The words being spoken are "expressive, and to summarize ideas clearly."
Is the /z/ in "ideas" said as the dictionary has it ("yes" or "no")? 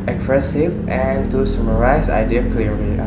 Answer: no